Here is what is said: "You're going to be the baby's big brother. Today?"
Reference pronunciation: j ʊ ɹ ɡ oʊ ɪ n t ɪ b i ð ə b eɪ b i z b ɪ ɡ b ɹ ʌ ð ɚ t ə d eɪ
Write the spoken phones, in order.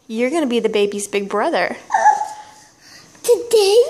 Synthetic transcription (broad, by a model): j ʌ ɹ ɡ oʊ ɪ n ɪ b i ð ə b eɪ b i z b ɪ ɡ b ɹ ʌ ð ɚ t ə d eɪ